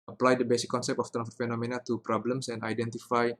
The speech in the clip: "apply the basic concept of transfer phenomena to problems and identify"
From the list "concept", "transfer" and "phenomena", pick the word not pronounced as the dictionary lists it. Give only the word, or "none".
transfer